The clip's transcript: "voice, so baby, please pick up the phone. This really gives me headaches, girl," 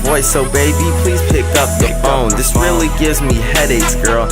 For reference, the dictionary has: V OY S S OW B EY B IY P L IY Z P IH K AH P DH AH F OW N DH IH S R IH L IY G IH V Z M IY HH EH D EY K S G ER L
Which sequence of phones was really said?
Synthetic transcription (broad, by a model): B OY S S OW B EY B IY P L IY Z P IH K AH P DH AH F OW N DH IH S R IH L IY G IH V Z M IY HH EH D EY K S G ER L